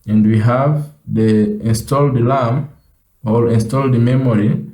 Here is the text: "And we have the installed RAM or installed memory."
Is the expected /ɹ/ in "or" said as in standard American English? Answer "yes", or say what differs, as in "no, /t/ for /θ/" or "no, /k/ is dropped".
no, /l/ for /ɹ/